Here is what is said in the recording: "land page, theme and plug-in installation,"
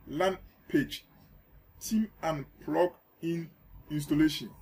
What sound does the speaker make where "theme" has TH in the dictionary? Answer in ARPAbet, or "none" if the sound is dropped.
T